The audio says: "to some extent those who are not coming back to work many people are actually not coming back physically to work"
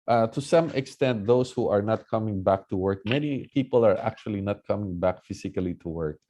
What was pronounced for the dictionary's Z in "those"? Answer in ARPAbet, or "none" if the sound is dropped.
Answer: S